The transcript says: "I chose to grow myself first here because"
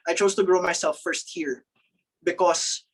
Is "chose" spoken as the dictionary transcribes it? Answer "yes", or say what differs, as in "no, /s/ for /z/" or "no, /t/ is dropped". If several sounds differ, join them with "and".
no, /s/ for /z/